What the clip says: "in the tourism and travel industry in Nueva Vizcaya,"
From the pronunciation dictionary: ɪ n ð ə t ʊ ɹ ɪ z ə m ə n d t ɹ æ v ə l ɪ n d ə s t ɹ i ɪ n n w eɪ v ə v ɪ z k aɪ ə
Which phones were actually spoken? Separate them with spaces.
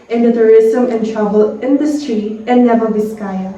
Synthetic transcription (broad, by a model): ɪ n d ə t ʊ ɹ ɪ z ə m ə n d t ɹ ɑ b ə l ɪ n d ə s t ɹ i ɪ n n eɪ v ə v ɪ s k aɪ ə